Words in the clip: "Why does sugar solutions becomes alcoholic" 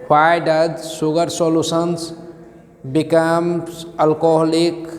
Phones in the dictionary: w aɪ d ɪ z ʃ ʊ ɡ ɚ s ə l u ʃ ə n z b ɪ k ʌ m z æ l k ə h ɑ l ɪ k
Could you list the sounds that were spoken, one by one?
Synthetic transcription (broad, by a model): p aɪ d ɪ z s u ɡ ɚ s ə l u s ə n s b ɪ k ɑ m ʌ l k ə h l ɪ k